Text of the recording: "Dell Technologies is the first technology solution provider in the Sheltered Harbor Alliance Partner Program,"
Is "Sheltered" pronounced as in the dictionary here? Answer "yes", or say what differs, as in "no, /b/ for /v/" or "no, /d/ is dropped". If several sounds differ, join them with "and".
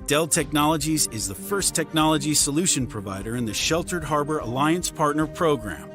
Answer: yes